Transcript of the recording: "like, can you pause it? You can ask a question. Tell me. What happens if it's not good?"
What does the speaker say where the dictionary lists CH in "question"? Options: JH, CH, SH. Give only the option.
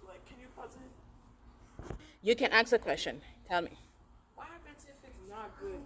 CH